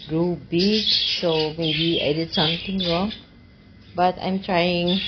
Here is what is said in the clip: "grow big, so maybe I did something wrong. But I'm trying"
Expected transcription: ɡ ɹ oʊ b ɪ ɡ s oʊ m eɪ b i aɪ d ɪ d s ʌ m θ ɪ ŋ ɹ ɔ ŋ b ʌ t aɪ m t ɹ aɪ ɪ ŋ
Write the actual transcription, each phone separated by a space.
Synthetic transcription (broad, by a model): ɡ ɹ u b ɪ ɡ s oʊ m eɪ b i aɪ d ɪ d s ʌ m t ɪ ŋ ɹ ɔ ŋ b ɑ t aɪ m t ɹ aɪ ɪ ŋ